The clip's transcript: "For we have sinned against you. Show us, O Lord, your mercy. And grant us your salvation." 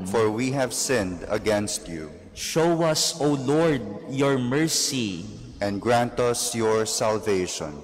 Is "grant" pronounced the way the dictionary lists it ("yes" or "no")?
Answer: yes